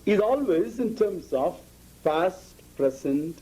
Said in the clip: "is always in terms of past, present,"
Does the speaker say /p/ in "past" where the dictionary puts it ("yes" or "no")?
no